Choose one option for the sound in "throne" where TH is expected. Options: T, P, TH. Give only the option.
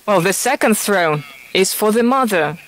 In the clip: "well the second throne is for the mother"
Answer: TH